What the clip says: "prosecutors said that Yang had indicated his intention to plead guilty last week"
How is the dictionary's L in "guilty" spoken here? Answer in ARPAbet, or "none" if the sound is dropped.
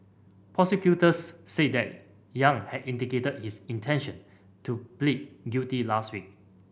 none